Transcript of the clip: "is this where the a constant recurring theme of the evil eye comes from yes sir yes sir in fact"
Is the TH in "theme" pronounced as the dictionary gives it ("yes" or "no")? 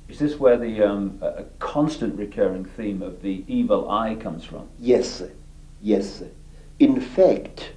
yes